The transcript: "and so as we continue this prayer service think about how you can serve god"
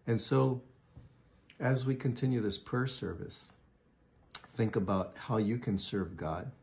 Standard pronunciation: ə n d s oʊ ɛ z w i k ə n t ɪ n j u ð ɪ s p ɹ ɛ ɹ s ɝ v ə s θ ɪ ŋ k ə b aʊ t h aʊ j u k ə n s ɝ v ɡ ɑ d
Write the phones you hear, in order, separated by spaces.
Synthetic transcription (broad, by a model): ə n s oʊ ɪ z w i k ə n t ɪ n j u ð ɪ s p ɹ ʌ ɹ s ɝ v ə s θ ɪ ŋ k ə b aʊ t h aʊ j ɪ k ə n s ɝ v ɡ ɑ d